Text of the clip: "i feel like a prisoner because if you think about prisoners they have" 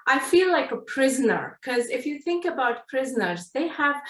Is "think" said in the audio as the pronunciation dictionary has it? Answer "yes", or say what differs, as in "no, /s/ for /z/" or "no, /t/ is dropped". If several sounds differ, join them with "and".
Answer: yes